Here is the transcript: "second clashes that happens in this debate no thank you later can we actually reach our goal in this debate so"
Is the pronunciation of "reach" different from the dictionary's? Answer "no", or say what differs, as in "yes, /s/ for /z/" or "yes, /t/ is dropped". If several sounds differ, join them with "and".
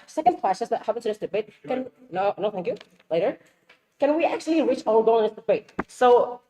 no